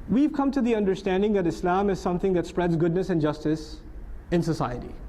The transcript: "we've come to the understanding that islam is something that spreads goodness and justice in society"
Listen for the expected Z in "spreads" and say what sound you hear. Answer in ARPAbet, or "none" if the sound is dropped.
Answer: Z